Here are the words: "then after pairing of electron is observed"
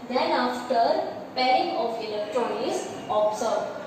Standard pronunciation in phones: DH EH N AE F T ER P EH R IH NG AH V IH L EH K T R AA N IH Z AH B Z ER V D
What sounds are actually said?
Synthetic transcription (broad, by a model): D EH N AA F T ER P EH R IH NG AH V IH L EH K T R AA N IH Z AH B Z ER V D